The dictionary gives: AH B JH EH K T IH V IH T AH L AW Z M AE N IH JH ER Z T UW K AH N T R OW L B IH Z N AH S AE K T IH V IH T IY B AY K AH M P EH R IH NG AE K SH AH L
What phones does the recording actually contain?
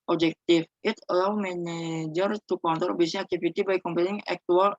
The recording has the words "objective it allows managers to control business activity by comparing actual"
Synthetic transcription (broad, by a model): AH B JH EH K T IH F IH T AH L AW M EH N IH JH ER T UW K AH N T OW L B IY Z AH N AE K T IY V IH T IY B AY K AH M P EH L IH NG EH K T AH L